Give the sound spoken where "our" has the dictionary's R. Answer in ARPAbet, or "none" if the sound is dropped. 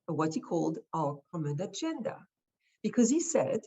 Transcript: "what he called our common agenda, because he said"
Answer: L